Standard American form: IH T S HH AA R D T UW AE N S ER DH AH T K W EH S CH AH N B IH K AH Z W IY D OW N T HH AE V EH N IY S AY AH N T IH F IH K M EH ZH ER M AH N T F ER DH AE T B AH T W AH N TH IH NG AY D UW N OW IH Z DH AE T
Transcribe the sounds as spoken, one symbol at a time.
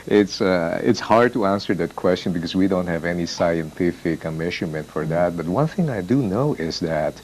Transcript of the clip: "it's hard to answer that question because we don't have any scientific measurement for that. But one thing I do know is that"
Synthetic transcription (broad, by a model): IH T S HH AA R D T UW AE N S ER DH AH T K W EH S CH AH N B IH K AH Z W IY D OW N T HH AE V EH N IY S AY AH N T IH F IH K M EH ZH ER M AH N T F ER DH AE T B AH T W AH N TH IH NG AY D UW N OW IH Z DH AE T